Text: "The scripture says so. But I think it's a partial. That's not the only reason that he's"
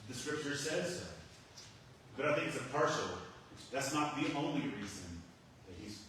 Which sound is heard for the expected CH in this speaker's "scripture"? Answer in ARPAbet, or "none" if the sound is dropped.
CH